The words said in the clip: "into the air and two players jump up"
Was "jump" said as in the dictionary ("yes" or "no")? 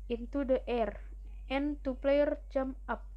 no